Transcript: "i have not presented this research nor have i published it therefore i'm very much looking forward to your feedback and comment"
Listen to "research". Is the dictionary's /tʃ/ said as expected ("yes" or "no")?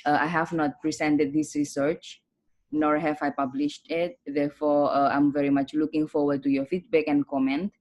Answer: yes